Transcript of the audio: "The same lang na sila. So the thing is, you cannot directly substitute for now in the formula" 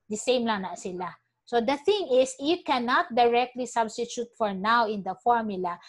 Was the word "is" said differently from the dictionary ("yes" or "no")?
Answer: yes